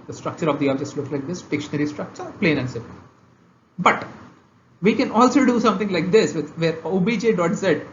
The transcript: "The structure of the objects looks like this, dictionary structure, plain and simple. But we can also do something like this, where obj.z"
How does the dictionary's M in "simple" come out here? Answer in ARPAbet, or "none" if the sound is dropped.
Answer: none